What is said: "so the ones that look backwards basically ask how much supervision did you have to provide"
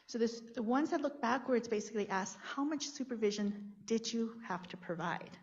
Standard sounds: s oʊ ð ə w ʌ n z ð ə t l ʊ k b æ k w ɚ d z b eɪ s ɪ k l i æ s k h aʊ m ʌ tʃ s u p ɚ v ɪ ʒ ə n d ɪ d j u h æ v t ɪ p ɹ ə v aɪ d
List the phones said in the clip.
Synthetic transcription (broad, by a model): s oʊ ð ə w ʌ n z ð ə t l ʊ k b æ k w ɚ d z b eɪ s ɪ k l i æ s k h aʊ m ʌ tʃ s u p ɚ v ɪ ʒ ə n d ɪ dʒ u h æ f t ɪ p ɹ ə v aɪ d